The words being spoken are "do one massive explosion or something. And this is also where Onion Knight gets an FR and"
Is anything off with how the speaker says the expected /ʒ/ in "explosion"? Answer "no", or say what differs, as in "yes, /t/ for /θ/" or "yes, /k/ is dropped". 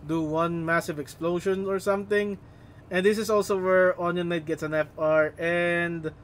yes, /ʃ/ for /ʒ/